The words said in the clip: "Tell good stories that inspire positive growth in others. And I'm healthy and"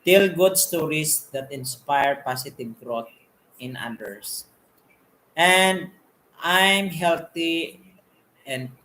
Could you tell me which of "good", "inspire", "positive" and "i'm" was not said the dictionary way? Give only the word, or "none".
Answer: positive